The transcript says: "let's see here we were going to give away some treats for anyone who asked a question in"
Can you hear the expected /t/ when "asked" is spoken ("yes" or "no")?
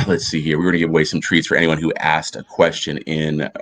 yes